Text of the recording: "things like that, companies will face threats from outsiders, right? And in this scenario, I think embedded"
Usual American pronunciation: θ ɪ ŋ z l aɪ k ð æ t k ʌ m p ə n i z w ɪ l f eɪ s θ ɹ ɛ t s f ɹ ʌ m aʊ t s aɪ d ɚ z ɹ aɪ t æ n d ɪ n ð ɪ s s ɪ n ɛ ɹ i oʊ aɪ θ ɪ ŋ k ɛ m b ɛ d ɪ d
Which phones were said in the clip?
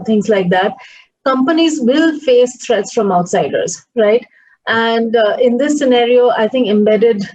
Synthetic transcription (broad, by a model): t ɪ ŋ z l aɪ k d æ t k ʌ m p ə n i z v ɪ l f eɪ s t ɹ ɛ t s f ɹ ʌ m aʊ t s aɪ d ɚ z ɹ aɪ t æ n d ɪ n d ɪ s s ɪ n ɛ ɹ i oʊ aɪ t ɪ ŋ k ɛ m b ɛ d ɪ d